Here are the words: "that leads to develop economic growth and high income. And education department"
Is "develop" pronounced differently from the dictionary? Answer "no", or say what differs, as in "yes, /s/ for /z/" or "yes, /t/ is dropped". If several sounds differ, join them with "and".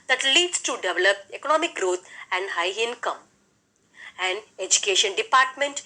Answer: no